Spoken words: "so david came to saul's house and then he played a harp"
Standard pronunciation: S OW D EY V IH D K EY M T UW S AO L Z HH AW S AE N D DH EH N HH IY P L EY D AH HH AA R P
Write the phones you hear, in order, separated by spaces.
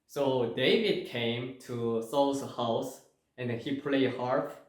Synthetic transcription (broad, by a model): S OW D EY V IH D K EY M T UW S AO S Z HH AW S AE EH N HH IY P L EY AH HH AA R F